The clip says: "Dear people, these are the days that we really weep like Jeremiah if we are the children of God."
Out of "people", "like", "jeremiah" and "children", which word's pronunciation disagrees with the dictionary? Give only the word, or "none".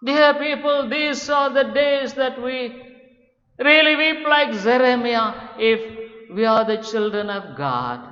jeremiah